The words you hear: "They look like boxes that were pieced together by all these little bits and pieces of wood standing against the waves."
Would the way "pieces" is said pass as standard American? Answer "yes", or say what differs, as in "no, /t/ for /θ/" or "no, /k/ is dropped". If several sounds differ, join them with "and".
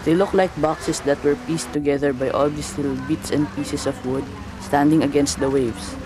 no, /s/ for /z/